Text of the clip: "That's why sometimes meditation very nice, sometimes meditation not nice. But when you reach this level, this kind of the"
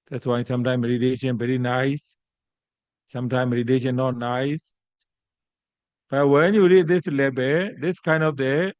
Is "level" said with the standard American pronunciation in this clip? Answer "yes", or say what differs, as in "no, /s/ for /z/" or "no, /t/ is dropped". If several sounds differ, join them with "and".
no, /b/ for /v/